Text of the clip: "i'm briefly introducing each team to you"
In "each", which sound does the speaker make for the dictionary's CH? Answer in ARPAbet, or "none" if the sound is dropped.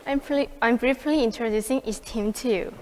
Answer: S